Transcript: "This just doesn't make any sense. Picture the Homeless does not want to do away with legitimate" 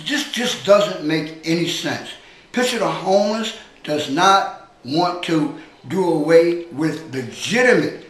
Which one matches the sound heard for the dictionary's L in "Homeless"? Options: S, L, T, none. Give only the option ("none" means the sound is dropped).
none